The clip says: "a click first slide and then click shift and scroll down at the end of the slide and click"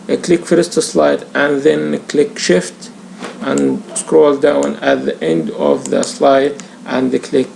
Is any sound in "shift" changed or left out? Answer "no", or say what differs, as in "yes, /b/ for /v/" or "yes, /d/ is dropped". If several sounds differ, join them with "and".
no